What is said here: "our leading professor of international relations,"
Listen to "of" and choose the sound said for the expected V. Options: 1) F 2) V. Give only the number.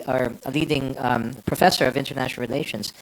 2